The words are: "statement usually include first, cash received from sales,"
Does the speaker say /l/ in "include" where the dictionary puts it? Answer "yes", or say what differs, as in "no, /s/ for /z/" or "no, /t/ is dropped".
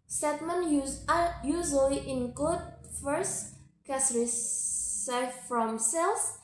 no, /l/ is dropped